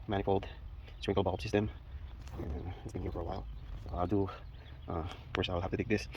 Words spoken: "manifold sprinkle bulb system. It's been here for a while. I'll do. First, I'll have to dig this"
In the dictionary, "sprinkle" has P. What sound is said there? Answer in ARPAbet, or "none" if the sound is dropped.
none